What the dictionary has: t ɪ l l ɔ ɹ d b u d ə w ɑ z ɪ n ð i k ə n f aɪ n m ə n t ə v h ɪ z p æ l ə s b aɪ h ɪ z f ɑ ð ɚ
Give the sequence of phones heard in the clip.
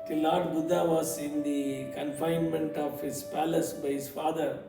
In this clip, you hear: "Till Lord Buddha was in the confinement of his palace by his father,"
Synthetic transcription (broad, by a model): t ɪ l l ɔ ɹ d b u d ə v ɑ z ɪ n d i k ə n f aɪ n m ə n t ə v h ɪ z p æ l ə s b aɪ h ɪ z f ɑ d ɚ